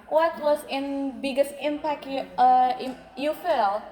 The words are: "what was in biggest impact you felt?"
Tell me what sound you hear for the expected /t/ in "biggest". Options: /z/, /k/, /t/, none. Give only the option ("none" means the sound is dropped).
/t/